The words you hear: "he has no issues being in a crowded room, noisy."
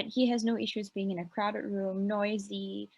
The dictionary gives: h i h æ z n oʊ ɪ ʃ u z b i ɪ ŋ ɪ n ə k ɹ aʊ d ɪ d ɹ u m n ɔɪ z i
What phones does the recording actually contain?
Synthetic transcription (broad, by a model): h i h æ z n oʊ ɪ ʃ u z b i ɪ ŋ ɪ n ə k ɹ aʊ d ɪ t ɹ u m n ɔɪ z i